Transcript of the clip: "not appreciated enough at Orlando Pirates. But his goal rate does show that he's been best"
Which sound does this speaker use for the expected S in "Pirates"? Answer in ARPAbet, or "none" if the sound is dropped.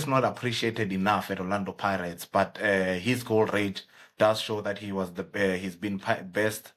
S